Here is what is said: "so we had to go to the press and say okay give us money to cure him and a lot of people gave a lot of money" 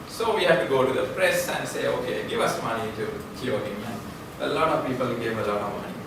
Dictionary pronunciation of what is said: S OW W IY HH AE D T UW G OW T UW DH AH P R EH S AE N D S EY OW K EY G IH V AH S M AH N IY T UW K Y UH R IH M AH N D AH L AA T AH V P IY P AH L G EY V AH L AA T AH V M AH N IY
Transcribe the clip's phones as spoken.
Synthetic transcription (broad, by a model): S OW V IY HH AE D T UW G OW T UW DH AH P R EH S AE N D S EY OW K EY G IH V AH S M AH N IY T UW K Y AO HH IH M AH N AH L AA T AH V P IY P AH L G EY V AH L AA T AH V M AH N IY